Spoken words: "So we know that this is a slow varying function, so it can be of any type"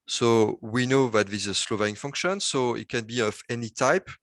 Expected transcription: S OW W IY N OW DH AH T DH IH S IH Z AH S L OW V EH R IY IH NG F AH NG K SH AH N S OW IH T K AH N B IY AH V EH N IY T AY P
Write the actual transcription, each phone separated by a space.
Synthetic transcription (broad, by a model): S OW W IY N OW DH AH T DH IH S IH Z S L OW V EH IY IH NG F AH NG K SH AH N S OW IH T K AH N B IY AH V EH N IY T AY P